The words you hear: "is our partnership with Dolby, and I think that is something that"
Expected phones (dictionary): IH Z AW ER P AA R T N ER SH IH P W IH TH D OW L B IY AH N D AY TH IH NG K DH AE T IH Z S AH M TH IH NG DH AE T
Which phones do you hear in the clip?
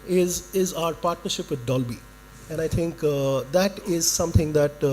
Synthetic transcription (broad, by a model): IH Z AW ER P AA R T N ER SH IH P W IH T D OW L B IY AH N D AY T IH NG K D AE T IH Z S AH M T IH NG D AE T